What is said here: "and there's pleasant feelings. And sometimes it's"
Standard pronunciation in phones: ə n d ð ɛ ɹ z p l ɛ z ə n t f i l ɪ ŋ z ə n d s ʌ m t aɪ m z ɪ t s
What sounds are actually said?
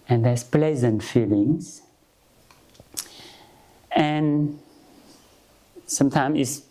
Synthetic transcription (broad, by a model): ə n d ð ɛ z p l ɛ z ə n t f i l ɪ ŋ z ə n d s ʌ m t aɪ m ɪ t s